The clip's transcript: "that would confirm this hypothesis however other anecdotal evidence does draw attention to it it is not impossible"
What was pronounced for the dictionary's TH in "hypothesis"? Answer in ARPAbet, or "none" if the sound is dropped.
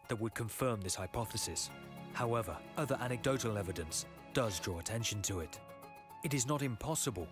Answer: TH